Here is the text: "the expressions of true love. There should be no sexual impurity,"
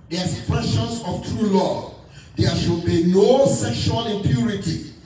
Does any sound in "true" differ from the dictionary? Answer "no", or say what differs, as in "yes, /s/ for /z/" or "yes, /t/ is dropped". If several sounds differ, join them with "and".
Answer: no